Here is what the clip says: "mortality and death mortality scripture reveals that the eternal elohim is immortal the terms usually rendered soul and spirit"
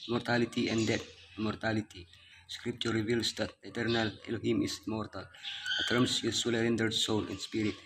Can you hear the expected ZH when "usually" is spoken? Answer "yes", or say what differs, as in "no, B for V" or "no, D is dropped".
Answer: no, S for ZH